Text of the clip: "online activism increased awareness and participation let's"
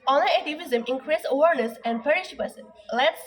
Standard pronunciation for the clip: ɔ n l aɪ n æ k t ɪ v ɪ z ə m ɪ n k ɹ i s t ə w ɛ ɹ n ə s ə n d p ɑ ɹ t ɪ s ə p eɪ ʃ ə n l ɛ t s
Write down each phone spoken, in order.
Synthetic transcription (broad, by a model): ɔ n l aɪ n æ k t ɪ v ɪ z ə m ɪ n k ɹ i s ə w ɛ ɹ n ə s ə n d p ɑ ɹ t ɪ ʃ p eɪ s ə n l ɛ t s